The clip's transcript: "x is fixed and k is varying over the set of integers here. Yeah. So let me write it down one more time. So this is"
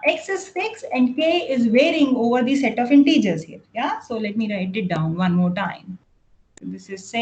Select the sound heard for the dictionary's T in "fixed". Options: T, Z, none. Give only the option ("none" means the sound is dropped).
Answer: none